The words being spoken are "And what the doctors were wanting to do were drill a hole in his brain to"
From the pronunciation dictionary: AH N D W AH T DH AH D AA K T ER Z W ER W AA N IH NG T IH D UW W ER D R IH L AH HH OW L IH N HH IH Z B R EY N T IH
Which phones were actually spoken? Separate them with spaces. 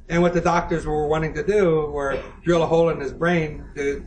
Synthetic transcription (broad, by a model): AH N W AH T DH AH D AA K T ER Z W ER W AA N IH NG T IH D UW W ER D R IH L AH HH OW L IH N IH Z B R EY N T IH